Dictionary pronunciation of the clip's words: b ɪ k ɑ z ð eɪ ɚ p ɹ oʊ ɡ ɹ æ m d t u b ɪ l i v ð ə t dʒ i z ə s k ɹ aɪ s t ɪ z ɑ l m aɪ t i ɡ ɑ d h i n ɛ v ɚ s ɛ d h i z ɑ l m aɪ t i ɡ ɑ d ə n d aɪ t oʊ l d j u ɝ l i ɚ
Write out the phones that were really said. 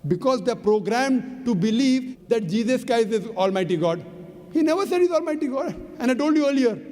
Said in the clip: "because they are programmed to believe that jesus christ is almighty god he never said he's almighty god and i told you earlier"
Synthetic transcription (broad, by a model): b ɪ k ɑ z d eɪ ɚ p ɹ oʊ ɡ ɹ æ m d t u b ɪ l i v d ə t dʒ i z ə s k ɹ aɪ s ɪ z ɑ l m aɪ t i ɡ ɑ d h i n ɛ v ɚ s ɛ d h i z ɑ l m aɪ t i ɡ ɑ d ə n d aɪ t oʊ l d j u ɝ l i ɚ